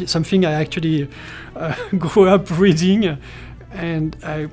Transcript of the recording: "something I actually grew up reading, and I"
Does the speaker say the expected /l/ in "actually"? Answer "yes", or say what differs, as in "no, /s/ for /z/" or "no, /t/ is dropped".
yes